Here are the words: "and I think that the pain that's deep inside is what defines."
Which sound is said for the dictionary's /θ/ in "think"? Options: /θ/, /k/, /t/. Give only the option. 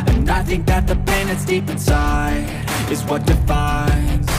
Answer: /θ/